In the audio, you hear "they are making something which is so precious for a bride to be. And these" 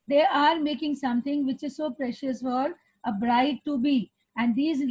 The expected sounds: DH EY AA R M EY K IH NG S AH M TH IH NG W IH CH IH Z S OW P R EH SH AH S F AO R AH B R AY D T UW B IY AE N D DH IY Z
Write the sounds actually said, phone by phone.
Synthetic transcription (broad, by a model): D EY AA R M EY K IH NG S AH M T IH NG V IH CH IH Z S OW P R EH SH AH S F AO R AH B R AY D T UW B IY AE N D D IY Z